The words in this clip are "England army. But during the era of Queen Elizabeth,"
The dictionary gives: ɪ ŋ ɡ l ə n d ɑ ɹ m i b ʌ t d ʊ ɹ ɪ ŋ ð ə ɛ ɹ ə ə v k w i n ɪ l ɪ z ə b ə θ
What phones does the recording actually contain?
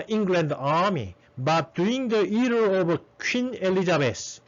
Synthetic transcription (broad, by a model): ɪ ŋ ɡ l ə n d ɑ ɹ m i b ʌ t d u ɪ ŋ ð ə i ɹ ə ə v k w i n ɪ l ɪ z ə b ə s